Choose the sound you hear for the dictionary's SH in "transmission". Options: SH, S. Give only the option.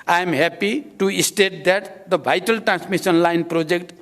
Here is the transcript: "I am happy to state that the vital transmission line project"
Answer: S